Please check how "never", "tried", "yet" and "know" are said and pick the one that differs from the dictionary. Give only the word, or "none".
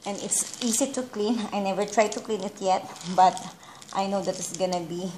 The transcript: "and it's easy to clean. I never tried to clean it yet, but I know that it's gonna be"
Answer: none